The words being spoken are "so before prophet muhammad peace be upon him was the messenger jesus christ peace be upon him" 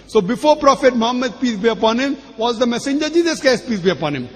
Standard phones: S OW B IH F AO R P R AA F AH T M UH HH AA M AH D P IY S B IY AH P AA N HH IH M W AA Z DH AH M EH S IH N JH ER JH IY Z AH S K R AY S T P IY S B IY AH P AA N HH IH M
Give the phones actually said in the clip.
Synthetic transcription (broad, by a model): S OW B IH F AO R P R AA F AH T M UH HH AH M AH D P IY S B IY AH P AA N HH IH M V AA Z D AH M EH S IH N JH ER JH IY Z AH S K AY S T P IY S B IY AH P AA N HH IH M